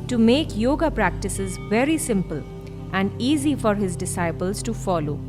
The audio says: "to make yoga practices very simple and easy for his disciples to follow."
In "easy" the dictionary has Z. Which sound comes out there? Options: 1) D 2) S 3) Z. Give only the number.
3